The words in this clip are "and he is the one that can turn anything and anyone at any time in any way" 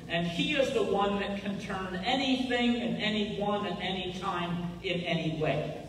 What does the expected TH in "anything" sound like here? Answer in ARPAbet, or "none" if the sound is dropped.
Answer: TH